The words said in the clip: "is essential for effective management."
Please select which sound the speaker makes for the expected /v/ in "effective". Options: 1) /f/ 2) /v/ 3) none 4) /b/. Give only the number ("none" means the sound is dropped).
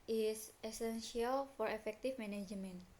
1